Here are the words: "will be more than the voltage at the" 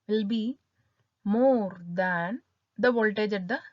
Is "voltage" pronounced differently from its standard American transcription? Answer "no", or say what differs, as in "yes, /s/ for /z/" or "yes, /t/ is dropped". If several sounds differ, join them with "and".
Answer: no